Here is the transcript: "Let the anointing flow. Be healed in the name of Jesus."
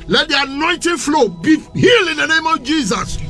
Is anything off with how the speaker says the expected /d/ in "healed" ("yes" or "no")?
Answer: yes